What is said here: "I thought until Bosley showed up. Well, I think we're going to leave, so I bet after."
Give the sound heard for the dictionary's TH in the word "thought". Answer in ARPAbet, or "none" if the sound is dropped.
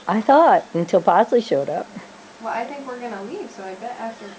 TH